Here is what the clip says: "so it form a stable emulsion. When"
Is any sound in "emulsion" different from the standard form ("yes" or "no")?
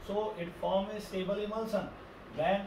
yes